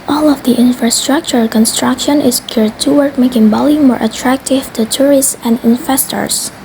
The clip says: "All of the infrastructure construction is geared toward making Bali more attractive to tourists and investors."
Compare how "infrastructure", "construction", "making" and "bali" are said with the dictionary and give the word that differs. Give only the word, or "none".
none